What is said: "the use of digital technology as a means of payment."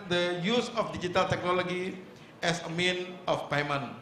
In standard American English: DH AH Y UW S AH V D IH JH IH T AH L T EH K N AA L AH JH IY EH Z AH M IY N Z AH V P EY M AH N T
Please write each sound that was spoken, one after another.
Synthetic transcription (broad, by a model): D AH Y UW S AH F D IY JH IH T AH L T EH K N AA L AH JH IY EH S AH M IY N AH F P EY M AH N